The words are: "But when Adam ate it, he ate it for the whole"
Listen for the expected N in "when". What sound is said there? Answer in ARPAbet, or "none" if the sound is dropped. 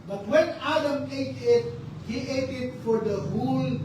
N